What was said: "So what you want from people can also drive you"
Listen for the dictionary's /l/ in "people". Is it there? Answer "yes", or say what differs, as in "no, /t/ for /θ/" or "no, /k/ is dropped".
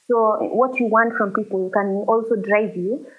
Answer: yes